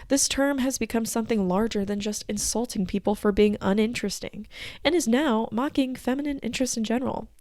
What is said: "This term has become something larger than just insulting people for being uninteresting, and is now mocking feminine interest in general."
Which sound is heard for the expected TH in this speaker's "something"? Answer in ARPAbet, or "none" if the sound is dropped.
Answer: TH